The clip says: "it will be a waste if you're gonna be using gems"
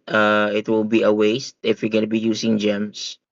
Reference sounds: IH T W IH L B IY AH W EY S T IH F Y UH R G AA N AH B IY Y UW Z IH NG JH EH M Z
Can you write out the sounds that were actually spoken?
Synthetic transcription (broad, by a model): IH T W IH L B IY AH W EY S T IH F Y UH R G AA N AH B IY Y UW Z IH NG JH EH M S